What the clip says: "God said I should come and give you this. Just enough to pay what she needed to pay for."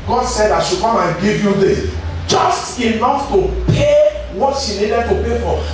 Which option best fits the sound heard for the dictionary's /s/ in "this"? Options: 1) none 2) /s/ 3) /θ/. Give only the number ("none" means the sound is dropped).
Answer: 1